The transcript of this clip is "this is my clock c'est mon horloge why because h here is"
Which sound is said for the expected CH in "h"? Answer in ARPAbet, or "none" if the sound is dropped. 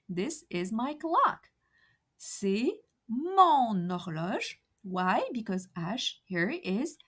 SH